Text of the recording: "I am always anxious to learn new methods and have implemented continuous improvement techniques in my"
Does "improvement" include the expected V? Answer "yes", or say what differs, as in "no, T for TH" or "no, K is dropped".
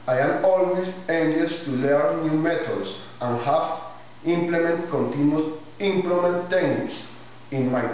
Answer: no, V is dropped